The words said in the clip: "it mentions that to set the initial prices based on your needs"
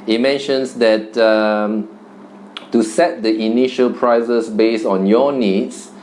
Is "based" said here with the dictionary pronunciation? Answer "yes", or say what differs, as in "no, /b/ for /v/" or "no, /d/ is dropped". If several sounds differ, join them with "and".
no, /t/ is dropped